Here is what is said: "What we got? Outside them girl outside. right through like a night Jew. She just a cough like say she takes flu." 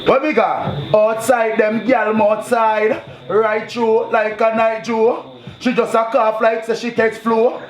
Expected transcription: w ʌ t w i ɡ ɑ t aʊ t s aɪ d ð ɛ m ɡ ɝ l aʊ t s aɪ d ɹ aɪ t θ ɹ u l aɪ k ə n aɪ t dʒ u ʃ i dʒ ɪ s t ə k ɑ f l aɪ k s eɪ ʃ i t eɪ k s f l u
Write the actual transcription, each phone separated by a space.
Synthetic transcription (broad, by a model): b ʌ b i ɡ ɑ ɔ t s aɪ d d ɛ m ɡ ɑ l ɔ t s aɪ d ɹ aɪ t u l aɪ k ə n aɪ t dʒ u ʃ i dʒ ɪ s ə k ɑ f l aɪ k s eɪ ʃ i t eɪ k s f l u